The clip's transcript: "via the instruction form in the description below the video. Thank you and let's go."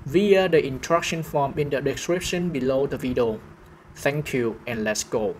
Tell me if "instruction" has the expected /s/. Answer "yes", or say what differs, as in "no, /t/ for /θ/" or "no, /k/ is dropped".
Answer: no, /s/ is dropped